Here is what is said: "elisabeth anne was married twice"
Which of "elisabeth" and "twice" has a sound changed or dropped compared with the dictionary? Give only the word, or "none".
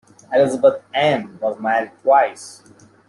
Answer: elisabeth